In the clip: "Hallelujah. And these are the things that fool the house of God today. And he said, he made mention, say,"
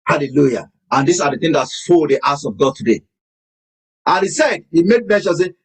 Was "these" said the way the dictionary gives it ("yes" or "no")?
no